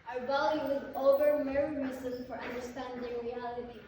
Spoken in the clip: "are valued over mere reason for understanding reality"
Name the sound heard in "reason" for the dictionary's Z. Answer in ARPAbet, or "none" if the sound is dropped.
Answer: S